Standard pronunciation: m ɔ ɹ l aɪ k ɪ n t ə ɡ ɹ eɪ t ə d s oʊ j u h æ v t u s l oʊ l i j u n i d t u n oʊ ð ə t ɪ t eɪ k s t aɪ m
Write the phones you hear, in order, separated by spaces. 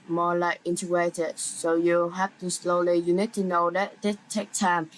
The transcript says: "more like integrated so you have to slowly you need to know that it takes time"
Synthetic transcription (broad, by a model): m ɔ l aɪ k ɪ n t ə ɡ ɹ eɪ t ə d s oʊ j u h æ f t u s l oʊ l i j u n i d t u n oʊ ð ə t ɪ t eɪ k t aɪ m